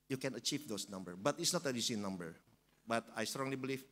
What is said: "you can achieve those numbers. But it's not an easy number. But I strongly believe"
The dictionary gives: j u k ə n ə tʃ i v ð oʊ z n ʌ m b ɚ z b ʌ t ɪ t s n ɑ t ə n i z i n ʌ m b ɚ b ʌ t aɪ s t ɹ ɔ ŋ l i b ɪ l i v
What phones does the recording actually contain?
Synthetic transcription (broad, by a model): j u k ə n ə tʃ i v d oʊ s n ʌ m b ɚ b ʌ t ɪ t s n ɑ t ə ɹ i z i n ʌ m b ɚ b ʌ t aɪ s t ɹ ɔ ŋ l i b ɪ l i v